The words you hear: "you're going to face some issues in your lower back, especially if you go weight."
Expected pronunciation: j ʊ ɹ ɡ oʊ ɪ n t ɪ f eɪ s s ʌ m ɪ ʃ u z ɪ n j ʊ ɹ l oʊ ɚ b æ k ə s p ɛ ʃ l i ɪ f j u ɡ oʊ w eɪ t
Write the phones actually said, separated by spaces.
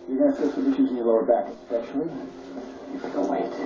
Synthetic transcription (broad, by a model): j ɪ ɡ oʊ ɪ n s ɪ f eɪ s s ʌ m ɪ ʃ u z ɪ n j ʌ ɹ l oʊ ɚ b æ k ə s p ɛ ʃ l i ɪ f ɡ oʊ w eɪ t